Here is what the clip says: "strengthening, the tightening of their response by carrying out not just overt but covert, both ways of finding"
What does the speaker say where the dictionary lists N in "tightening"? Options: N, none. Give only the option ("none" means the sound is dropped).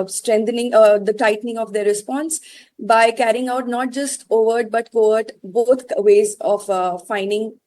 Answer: N